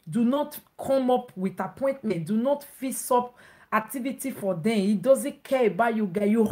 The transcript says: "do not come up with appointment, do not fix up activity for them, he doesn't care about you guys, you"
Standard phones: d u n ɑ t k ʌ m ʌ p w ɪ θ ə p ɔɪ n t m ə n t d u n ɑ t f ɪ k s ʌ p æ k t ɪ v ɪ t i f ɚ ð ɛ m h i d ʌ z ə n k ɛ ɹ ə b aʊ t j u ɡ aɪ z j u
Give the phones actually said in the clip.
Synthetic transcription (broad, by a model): d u n ɑ t k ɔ m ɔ p w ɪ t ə p ɔɪ n t m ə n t d u n ɑ t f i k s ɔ p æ k t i v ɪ t i f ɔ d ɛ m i d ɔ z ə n k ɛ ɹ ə b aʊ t j u ɡ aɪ j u